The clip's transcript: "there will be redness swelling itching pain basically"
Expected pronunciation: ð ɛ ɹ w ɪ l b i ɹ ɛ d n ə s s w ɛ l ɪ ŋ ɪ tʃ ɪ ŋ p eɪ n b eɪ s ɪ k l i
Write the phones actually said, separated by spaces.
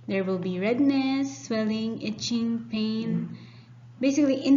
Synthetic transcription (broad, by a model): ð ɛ ɹ w ɪ l b i ɹ ɛ d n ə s s w ɛ l ɪ ŋ ɪ tʃ ɪ ŋ p eɪ n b eɪ s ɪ k l i